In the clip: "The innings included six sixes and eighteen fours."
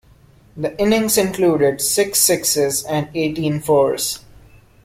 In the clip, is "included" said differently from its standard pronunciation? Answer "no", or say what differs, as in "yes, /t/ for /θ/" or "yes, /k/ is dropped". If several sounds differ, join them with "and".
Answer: no